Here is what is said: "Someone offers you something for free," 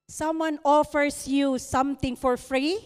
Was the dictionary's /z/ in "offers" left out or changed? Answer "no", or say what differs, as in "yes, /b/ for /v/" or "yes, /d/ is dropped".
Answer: yes, /s/ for /z/